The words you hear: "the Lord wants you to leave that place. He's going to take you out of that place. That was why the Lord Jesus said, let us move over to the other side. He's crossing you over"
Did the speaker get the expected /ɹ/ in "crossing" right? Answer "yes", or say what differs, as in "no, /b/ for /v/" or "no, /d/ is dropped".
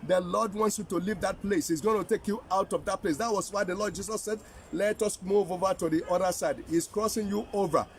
yes